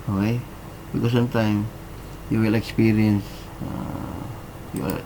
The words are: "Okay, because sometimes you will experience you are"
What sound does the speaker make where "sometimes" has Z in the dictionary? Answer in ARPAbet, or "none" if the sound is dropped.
none